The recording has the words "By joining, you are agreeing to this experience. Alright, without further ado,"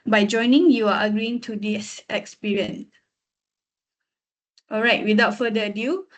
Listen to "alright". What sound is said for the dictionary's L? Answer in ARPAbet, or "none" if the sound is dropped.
L